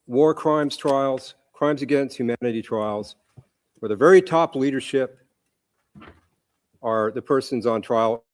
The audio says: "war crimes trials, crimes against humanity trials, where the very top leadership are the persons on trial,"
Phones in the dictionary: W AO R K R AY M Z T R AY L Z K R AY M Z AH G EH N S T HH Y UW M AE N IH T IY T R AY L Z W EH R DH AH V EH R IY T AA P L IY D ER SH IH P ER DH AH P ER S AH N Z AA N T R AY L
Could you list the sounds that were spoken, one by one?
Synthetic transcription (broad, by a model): W AO R K R AY M Z T R AY L Z K R AY M Z AH G EH N S T HH Y UW M AE N IH T IY T R AY L Z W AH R DH AH V EH R IY T AA P L IY D ER SH IH P ER DH AH P ER S AH N Z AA N T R AY L